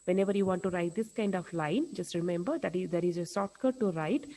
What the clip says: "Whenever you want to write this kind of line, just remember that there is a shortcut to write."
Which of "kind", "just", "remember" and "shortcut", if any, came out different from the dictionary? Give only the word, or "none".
shortcut